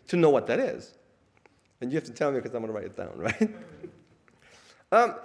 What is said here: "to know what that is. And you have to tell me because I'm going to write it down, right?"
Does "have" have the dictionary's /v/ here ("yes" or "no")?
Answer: no